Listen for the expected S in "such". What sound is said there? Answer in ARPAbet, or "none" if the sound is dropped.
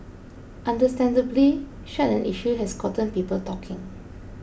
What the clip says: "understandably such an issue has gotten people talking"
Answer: SH